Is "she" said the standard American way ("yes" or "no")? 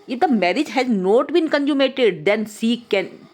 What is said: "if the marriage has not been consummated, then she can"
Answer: no